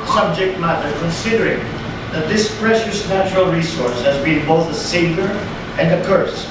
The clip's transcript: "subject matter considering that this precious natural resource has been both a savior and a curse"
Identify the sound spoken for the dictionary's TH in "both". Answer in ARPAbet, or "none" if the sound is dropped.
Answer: TH